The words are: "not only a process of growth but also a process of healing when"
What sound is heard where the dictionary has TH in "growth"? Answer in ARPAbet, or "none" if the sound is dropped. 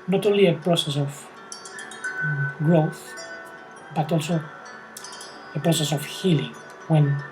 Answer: TH